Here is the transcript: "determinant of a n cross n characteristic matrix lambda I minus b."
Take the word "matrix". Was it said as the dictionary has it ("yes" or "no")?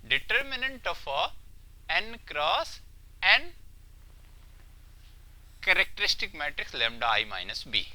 yes